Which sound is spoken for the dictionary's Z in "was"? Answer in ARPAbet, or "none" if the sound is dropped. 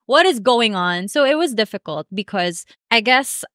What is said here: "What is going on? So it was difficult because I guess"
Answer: Z